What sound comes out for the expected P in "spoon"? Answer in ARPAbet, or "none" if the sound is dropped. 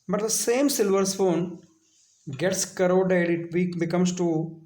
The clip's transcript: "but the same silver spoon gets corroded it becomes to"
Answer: F